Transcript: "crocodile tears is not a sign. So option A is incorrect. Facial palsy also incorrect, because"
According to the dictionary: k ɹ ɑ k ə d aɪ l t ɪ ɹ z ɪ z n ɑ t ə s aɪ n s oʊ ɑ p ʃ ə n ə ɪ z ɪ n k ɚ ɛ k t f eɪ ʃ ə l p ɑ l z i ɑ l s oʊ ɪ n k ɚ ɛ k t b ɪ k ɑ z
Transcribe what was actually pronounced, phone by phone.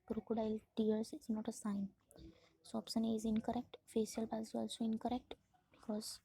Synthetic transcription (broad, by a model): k ɹ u k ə d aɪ l t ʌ ɹ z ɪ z n ɑ t ə s aɪ n s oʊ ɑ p s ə n ə ɪ z ɪ n k ɚ ɛ k t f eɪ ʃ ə l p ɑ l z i ɑ l s oʊ ɪ n k ɚ ɛ k t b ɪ k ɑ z